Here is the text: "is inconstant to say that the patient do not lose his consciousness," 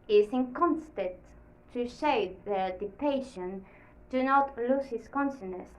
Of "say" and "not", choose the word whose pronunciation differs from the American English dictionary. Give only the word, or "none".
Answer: say